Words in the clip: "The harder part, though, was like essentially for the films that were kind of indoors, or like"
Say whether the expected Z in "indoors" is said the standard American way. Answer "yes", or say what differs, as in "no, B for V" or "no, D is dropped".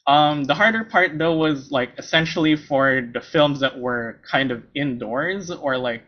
yes